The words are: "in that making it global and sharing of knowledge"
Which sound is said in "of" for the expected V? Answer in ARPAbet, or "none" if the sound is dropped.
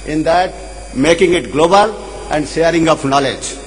P